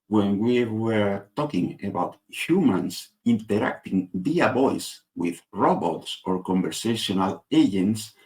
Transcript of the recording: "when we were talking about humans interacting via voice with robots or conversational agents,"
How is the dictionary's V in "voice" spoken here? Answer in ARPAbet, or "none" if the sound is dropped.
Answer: B